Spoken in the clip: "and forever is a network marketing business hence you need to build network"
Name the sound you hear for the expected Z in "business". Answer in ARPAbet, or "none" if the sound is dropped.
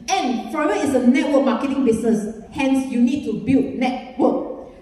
S